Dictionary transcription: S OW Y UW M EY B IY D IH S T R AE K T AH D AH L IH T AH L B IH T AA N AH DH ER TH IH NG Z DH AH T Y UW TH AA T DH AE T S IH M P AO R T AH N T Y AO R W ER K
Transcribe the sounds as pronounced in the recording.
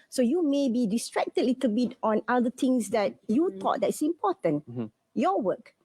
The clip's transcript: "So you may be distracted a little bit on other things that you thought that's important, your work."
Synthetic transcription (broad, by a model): S OW Y UW M EY B IY D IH S T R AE K T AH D L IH T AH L B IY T AA N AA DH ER T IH NG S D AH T Y UW T AA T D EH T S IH M P AO T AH N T Y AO W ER K